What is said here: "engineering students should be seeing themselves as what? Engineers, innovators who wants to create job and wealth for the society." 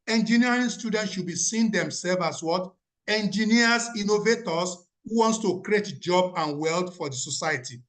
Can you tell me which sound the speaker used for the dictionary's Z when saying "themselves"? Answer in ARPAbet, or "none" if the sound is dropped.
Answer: none